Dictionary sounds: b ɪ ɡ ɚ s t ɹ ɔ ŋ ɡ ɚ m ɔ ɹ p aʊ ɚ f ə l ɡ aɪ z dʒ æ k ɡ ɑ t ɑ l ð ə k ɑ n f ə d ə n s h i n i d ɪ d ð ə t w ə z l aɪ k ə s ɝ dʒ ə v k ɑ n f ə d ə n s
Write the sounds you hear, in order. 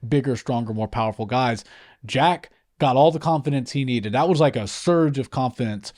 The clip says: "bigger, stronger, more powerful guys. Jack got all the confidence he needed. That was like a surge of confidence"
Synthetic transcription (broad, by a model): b ɪ ɡ ɚ s t ɹ ɔ ŋ ɡ ɚ m ɔ ɹ p aʊ ɚ f l ɡ aɪ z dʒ æ k ɡ ɑ t ɑ l ð ə k ɑ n f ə d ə n s h i n i d ɪ d ð ə t w ə z l aɪ k ə s ɝ dʒ ə v k ɑ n f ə d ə n s